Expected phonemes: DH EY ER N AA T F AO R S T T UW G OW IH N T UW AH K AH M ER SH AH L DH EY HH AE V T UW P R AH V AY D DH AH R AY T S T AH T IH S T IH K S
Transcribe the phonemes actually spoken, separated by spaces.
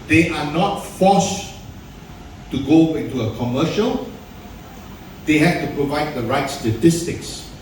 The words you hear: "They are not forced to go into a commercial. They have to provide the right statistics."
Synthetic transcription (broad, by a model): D EY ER N AA T F AO S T T UW G OW IH N T UW AH K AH M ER SH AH L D EY HH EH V T UW P R AH V AY D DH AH R AY T S T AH T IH S T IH K S